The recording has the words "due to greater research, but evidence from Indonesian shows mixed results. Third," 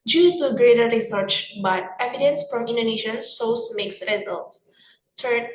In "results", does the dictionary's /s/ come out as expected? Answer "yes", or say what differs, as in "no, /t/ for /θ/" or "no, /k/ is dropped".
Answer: yes